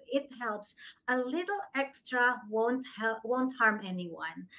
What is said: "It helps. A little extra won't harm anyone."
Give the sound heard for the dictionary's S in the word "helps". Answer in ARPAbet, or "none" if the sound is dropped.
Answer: S